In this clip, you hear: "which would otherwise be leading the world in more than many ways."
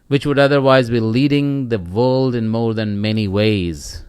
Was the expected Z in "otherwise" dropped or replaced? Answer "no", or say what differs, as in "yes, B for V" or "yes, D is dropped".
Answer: no